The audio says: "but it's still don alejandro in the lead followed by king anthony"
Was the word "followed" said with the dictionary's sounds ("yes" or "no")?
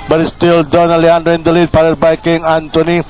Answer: no